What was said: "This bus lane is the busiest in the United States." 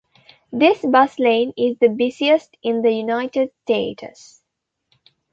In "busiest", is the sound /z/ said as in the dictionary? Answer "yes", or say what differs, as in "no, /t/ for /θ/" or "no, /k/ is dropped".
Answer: no, /s/ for /z/